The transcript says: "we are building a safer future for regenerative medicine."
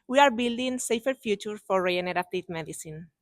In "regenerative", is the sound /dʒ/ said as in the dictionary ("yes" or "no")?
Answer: no